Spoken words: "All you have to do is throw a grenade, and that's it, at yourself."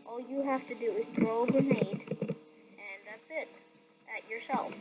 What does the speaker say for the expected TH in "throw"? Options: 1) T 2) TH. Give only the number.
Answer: 1